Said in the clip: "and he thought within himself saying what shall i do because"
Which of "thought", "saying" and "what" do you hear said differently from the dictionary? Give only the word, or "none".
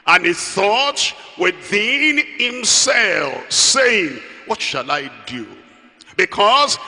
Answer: none